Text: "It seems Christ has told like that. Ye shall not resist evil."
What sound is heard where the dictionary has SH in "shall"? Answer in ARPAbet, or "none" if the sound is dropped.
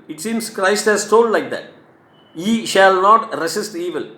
SH